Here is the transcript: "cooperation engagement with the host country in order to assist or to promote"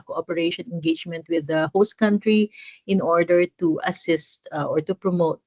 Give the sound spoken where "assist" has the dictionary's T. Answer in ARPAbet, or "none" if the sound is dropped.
T